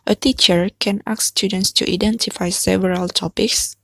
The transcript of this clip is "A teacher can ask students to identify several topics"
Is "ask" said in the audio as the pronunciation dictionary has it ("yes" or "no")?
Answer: no